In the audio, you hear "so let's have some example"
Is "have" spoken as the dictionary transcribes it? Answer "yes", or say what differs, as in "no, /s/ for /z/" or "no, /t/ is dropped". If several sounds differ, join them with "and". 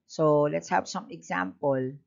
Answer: no, /p/ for /v/